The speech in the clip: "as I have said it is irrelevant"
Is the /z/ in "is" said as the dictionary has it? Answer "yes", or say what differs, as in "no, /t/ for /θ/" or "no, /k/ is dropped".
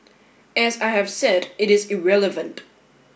yes